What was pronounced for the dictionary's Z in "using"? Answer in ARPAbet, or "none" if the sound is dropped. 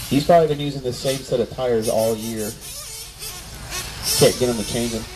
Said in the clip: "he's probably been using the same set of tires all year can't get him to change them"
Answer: Z